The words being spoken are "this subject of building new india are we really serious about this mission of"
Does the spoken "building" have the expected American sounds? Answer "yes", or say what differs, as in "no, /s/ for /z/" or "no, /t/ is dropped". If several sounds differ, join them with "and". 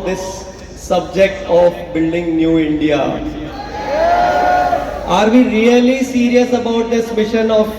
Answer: yes